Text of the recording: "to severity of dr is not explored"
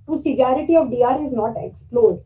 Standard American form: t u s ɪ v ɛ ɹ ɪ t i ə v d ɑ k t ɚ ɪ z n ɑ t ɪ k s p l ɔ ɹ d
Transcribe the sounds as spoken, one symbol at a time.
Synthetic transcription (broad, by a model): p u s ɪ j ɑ ɹ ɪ t i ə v d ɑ t ɪ z n ɑ t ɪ k s p l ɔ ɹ d